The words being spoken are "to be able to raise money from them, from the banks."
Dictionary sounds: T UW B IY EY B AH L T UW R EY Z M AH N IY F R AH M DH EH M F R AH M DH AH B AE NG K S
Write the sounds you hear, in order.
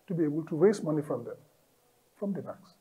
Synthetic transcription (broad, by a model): T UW B IY EY B AH L T UW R EY S M AH N IY F R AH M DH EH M F R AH M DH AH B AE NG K S